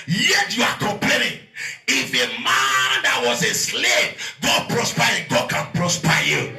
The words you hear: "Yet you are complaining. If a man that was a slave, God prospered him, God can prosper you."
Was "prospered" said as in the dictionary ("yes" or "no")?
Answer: no